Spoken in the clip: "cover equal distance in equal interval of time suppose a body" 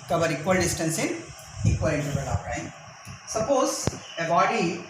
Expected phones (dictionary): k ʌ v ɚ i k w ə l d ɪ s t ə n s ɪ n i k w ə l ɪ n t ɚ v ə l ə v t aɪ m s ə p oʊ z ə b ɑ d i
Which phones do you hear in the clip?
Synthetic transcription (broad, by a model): k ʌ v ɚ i k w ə l d ɪ s t ə n s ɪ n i k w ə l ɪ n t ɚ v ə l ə p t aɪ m s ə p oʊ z ə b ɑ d i